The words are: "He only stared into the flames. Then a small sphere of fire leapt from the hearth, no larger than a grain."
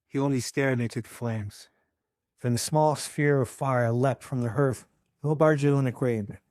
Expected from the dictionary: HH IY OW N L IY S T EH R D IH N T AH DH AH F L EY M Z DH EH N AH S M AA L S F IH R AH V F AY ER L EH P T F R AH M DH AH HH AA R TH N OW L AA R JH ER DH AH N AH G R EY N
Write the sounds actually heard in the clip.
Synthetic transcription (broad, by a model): HH IY OW N L IY S T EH R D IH T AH DH AH F L EY M Z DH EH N AH S M AA L S F IH R AH V F AY ER L EH P T F R AH M DH AH HH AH R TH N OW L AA R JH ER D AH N AH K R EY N